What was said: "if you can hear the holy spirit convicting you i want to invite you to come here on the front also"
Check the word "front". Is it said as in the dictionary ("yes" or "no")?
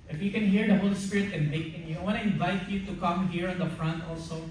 yes